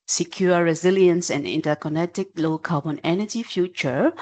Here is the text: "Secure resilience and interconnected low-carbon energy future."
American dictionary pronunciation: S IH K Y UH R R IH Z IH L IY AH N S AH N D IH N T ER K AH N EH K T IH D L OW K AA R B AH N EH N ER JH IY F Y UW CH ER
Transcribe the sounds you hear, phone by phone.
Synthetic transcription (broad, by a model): S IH K Y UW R R IH Z IH L IY AH N S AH N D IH N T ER K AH N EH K T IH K L OW K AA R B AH N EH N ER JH IY F Y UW CH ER